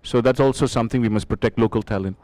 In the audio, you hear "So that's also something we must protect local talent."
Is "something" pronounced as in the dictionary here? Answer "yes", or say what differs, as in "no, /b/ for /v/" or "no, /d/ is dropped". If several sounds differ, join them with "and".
no, /t/ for /θ/